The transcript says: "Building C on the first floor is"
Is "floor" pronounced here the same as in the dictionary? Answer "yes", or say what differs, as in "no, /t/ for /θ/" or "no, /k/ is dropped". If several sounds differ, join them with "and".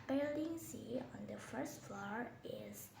yes